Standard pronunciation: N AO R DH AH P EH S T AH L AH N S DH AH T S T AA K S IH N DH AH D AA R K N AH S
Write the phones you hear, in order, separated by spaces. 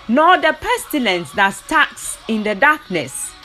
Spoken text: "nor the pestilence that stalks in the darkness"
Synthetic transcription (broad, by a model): N AO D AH P EH S T AH L AH N S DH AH T S T AA K S IH N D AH D AA K N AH S